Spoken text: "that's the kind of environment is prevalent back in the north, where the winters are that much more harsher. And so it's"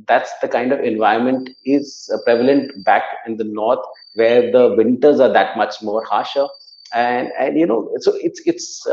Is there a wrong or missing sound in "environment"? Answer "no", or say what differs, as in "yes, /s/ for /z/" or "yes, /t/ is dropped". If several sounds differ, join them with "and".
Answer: yes, /ɹ/ is dropped